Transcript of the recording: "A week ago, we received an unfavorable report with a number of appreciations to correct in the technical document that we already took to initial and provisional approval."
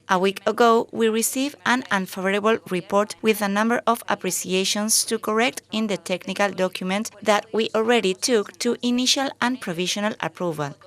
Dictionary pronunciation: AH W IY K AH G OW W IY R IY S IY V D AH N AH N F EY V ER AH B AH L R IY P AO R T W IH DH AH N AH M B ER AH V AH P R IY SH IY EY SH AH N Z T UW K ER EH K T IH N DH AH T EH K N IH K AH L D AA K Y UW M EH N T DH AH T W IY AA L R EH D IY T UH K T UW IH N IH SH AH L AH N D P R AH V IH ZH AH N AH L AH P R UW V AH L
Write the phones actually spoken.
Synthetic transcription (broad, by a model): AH W IY K AH G OW W IY R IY S IY V AH N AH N F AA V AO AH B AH L R IY P AO R T W IH DH AH N AH M B ER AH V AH P R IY S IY EY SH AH N S T UW K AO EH K T IH N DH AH T EH K N IH K AH L D AA K Y UW M EH N T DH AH T W IY AA L R EH D IY T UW K T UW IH N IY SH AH L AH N P R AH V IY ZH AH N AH L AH P R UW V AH L